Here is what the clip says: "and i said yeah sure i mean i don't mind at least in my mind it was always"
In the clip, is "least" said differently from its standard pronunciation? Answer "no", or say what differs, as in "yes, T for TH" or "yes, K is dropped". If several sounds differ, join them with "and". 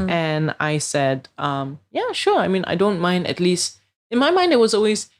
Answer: no